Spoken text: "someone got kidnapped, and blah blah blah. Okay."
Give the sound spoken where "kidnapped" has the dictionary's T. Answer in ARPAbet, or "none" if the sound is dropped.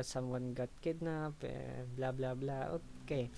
none